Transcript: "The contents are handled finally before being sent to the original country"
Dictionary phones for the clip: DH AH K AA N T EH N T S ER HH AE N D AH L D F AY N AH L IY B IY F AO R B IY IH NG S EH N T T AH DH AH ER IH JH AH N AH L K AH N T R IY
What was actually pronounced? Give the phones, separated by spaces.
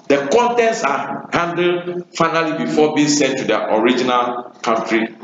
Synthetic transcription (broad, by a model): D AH K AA N T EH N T S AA HH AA N D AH D F AY N AH L IY B IY F AO B IY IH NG S EH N T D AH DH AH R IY JH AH N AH L K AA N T R IY